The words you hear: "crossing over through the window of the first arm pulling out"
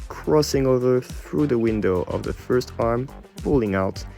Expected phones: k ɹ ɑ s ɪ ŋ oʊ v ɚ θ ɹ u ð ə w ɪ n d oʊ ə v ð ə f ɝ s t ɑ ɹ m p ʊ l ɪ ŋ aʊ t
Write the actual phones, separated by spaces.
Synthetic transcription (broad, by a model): k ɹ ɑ s ɪ ŋ oʊ v ɚ θ ɹ u ð ə w ɪ n d oʊ ə v ð ə f ɝ s t ɑ ɹ m p ʊ l ɪ ŋ aʊ t